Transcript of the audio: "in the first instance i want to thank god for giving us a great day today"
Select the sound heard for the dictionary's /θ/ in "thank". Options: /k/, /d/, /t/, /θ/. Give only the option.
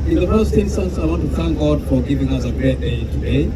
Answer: /θ/